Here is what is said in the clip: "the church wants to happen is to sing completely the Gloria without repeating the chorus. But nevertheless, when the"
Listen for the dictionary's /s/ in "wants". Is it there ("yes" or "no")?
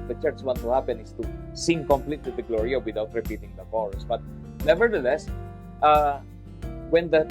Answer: no